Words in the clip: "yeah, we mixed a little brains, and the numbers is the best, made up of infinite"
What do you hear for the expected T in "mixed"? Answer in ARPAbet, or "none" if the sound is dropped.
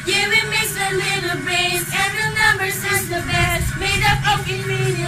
none